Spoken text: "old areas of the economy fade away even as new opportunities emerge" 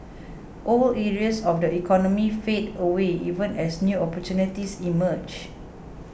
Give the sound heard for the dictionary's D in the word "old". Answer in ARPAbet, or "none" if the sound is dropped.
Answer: none